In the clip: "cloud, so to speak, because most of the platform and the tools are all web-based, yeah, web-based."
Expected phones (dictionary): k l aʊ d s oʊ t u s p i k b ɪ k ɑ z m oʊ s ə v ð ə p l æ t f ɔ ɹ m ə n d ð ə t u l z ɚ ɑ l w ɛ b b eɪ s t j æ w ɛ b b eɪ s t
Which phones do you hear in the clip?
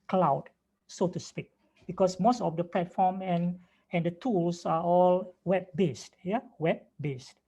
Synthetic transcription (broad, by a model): k l aʊ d s oʊ t u s p i k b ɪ k ɑ s m oʊ s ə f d ə p l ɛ t f ɔ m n ə n d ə t u l s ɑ ɑ l w ɛ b b eɪ s t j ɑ w ɛ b b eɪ s t